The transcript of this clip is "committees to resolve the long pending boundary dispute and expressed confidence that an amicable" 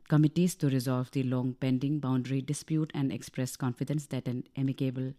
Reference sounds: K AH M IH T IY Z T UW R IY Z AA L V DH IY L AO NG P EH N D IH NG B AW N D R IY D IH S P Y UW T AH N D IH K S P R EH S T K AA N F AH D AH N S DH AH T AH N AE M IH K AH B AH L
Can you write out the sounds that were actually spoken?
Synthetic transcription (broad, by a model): K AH M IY T IY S T UW R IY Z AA L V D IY L AO NG P EH N D IH NG B AW N D R IY D IH S P Y UW T AH N D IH K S P R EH S K AA N F AH D AH N S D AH T AH N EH M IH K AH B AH L